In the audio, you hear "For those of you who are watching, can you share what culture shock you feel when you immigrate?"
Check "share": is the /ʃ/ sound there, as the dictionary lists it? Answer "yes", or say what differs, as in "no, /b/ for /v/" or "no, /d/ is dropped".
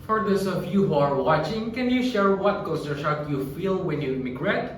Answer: yes